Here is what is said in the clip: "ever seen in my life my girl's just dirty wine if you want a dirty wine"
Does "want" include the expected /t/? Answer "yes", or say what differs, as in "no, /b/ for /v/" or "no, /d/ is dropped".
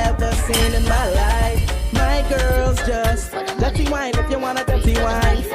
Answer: no, /t/ is dropped